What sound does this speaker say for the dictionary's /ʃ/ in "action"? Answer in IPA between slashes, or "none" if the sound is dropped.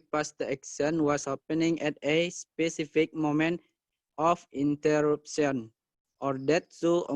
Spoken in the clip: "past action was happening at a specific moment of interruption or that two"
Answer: /s/